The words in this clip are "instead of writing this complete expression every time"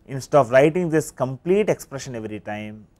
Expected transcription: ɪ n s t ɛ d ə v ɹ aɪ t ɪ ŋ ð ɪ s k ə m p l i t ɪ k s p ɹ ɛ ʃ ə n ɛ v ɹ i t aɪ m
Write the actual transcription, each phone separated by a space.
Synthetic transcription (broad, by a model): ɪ n s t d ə p ɹ aɪ t ɪ ŋ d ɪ s k ə m p l i t ɪ k s p ɹ ɛ ʃ ə n ɛ v ɹ i t aɪ m